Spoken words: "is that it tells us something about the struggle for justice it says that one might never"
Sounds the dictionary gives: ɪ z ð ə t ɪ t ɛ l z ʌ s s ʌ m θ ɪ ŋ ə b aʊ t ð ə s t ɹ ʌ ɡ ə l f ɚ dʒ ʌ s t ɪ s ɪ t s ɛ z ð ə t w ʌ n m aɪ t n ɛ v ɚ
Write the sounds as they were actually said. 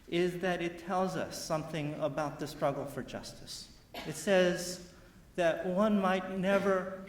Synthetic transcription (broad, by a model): ɪ z ð ə t ɪ t ɛ l z ʌ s s ʌ m θ ɪ ŋ ə b aʊ t ð ə s t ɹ ʌ ɡ l f ɚ dʒ ʌ s t ɪ s ɪ t s ɛ z ð ə t w ʌ n m aɪ t n ɛ v ɚ